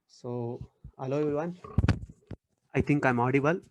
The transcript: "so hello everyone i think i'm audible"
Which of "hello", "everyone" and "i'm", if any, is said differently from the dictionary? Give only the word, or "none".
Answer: everyone